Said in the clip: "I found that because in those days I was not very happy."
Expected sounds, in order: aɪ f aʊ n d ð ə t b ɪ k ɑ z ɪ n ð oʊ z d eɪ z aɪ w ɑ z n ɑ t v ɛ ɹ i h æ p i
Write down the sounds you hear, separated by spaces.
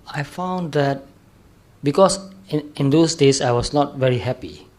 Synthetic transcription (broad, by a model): aɪ f aʊ n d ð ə t b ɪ k ɑ s ɪ n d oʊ s d eɪ s aɪ w ɑ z n ɑ t v ɛ ɹ i h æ p i